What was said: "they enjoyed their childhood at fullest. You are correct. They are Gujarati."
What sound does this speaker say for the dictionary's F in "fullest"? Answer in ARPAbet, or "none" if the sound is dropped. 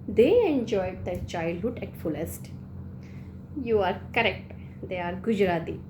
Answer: F